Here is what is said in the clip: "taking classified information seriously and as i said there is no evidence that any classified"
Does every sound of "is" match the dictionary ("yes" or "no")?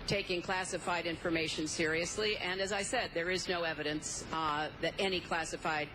yes